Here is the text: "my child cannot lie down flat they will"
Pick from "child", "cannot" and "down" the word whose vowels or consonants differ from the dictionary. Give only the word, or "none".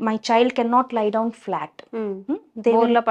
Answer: none